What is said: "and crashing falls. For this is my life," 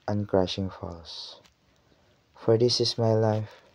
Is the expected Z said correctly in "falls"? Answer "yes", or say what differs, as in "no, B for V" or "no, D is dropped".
no, S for Z